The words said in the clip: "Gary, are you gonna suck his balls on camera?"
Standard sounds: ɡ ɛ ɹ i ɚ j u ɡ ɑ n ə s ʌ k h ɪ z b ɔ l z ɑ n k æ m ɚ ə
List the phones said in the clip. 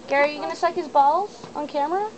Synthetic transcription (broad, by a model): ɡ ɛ ɹ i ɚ j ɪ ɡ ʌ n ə s ʌ k h ɪ z b ɔ l z n k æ m ɚ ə